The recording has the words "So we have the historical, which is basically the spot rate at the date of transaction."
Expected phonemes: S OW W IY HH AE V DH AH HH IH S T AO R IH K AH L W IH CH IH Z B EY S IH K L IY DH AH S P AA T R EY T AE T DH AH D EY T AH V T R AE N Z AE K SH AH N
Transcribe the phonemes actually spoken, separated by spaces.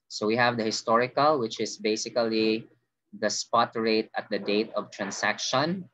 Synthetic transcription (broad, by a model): S OW W IY HH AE V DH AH HH IH S T AO R IH K AH L W IH CH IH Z B EY S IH K L IY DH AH S P AA T R EY T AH T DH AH D EY T AH V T R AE N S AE K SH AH N